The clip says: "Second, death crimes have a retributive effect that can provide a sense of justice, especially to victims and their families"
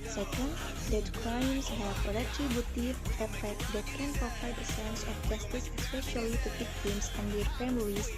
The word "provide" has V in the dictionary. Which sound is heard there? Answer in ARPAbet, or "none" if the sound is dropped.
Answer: F